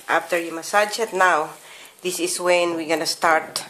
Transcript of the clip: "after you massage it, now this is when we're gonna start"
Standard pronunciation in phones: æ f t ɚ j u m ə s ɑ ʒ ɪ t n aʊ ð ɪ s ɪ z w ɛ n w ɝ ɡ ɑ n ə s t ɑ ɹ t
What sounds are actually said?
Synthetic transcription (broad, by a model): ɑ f t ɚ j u m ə s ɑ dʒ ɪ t n aʊ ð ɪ s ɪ s w ɛ n w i ɡ ɑ n ə s t ɑ ɹ t